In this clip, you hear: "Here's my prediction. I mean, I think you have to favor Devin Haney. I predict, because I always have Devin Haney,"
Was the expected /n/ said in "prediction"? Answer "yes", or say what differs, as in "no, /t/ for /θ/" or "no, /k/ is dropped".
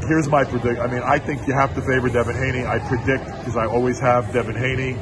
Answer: no, /n/ is dropped